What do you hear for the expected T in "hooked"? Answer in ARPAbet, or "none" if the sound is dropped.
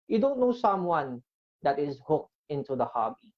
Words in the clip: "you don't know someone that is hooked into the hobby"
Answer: T